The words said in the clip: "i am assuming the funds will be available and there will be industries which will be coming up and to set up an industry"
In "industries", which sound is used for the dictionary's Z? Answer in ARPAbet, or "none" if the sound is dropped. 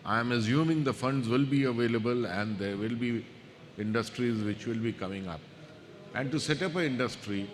Z